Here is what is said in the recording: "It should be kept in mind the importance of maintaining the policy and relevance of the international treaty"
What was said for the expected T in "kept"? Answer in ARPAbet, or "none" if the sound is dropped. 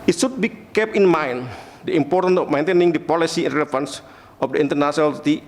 none